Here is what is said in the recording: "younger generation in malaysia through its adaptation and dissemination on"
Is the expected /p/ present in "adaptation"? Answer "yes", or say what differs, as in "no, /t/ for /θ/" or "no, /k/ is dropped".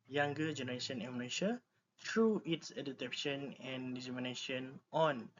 no, /p/ is dropped